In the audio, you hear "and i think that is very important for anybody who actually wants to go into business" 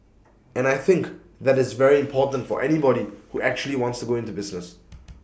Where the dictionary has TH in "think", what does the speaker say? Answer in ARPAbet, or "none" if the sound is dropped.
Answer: TH